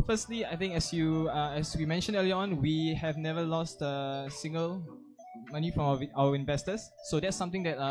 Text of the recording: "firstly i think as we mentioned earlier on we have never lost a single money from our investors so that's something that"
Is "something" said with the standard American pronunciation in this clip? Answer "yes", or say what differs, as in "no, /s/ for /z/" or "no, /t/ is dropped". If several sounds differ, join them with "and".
no, /t/ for /θ/